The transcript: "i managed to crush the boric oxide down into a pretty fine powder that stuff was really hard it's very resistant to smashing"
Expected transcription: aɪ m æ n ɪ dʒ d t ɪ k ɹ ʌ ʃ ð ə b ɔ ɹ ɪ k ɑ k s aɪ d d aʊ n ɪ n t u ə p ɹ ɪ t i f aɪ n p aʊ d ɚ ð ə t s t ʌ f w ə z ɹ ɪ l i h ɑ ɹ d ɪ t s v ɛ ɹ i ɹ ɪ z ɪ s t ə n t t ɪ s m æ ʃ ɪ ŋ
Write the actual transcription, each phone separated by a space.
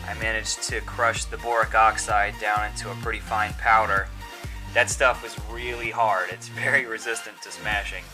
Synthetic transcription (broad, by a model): aɪ m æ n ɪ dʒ t ɪ k ɹ ʌ ʃ ð ə b ɔ ɹ ɪ k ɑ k s aɪ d d aʊ n ɪ n t u ə p ɹ ɪ t i f aɪ n p aʊ d ɚ ð ə t s t ʌ f w ə z ɹ ɪ l i h ɑ ɹ d ɪ t s v ɛ ɹ i ɹ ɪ z ɪ s t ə n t t ɪ s m æ ʃ ɪ ŋ